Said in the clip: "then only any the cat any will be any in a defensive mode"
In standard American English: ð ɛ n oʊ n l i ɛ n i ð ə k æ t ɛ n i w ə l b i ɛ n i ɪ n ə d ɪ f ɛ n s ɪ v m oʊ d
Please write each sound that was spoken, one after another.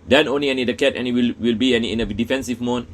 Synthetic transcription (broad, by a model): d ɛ n oʊ n l i ɛ n i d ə k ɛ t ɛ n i w ə l b i ɛ n i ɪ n ə d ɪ f ɛ n s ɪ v m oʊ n